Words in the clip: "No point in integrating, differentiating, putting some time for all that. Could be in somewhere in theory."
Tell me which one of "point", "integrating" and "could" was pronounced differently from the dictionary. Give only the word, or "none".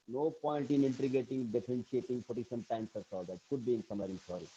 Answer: integrating